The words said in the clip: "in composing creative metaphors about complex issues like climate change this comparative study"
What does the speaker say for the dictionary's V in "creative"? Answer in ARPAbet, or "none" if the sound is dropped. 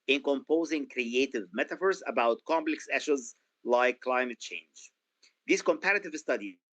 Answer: V